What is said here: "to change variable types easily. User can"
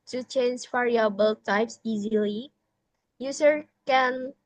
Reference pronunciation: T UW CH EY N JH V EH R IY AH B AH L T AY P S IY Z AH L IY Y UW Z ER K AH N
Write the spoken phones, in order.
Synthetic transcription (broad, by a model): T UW CH EY N JH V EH R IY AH B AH L T AY P S IY Z AH L IY Y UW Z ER K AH N